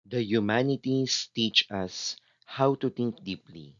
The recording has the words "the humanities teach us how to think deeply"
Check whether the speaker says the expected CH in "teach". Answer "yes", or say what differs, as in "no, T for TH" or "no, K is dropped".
yes